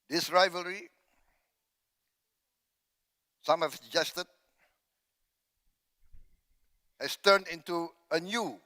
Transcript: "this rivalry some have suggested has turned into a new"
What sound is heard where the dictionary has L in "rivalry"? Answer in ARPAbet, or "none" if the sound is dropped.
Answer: L